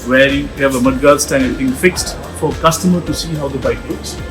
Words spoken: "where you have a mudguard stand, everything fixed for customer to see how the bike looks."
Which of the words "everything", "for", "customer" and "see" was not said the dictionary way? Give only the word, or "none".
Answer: everything